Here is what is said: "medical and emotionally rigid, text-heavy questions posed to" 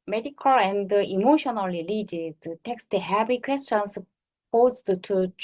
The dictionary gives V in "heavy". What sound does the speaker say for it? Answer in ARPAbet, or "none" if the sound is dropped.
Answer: B